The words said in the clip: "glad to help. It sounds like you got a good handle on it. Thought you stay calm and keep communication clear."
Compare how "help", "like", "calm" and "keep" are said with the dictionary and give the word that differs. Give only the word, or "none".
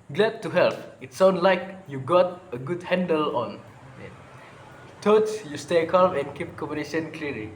none